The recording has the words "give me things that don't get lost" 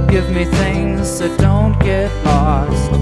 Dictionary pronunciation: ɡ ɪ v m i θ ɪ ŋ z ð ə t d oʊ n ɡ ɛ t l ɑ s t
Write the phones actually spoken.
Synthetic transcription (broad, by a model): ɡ ɪ v m i θ ɪ ŋ z ð ə t d oʊ n ɡ ɛ t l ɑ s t